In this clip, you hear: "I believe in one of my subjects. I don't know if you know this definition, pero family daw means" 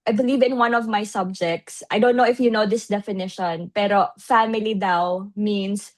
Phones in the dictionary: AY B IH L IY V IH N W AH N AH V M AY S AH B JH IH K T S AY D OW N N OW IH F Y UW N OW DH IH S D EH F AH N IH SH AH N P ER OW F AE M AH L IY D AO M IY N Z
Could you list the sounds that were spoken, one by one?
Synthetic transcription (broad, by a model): AY B IH L IY V IH N W AH N AH V M AY S AH B JH IH K T S AY D OW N N OW IH F Y UW N OW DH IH S D EH F AH N IH SH AH N P ER OW F AE M AH L IY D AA M IY N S